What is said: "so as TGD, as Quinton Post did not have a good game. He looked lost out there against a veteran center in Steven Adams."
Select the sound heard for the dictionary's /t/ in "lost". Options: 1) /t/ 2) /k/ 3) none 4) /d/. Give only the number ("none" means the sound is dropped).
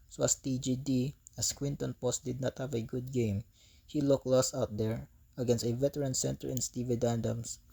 3